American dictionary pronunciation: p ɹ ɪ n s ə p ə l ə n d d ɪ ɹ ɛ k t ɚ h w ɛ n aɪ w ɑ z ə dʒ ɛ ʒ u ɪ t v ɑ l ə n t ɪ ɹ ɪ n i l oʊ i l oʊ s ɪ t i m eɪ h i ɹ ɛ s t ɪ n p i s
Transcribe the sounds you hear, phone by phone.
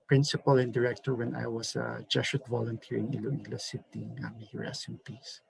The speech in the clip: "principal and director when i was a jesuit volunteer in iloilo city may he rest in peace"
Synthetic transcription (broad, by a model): p ɹ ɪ n s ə p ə l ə n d d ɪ ɹ ɛ k t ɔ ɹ w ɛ n aɪ w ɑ s ə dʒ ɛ ʃ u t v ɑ l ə n t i ɹ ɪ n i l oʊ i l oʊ s ɪ t i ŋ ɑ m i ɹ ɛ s ɪ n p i s